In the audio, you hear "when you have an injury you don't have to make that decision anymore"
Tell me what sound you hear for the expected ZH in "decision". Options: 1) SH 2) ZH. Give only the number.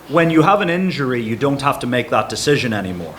2